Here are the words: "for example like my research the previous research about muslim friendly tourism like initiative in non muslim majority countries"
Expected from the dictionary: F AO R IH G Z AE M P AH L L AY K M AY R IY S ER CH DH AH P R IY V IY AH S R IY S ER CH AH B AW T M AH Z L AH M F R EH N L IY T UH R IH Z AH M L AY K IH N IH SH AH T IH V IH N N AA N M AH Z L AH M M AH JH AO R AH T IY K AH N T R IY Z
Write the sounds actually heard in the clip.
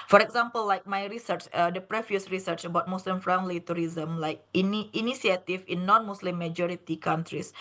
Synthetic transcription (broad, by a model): F AO R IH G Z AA M P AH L L AY K M AY R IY S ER CH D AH P R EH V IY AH S R IY S ER CH AH B AW T M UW S L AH M F R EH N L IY T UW R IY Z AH M L AY K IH N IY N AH S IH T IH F N AA N M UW S L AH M M AH JH AO R AH T IY K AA N T R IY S